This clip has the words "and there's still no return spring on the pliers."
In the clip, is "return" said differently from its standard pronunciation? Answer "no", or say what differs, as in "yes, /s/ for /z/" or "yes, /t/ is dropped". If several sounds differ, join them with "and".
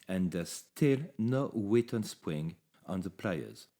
yes, /w/ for /ɹ/